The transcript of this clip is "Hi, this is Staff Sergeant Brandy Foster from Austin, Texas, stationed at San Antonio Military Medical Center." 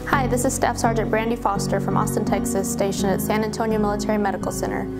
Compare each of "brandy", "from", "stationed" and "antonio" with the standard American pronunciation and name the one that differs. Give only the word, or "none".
stationed